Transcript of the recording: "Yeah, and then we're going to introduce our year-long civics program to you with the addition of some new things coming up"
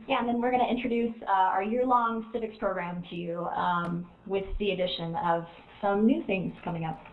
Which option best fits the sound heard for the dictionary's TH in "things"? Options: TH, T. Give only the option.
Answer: TH